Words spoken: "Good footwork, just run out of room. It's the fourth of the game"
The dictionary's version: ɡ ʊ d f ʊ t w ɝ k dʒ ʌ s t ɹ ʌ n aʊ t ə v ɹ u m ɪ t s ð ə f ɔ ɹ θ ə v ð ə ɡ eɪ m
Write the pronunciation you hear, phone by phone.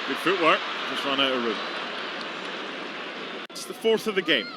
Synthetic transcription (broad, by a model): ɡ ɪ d f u t w ɝ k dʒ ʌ s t ɹ ʌ n aʊ t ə ɹ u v ɪ t s ð ə f ɔ ɹ θ ə v ð ə ɡ eɪ m